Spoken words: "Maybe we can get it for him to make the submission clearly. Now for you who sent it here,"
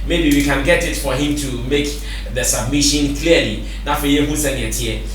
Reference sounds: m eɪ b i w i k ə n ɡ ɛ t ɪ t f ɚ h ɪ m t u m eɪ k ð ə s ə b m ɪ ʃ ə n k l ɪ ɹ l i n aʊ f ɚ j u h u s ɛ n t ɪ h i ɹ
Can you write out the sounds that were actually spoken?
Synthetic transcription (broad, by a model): m eɪ b i w i k ə n ɡ ɛ t ɪ t f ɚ h ɪ m t u m eɪ k ð ə s ə b m ɪ ʃ ə n k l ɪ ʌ l i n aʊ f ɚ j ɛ h u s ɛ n ɪ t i